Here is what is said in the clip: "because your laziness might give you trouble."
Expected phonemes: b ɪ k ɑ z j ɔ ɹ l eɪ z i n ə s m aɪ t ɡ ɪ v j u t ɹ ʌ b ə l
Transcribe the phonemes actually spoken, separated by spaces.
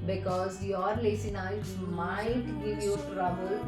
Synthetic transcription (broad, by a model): b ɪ k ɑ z j ɔ ɹ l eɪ s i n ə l m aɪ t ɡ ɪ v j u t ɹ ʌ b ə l